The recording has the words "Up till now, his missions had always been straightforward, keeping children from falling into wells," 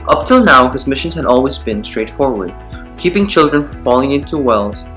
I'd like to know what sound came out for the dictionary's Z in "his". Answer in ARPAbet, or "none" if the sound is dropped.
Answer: Z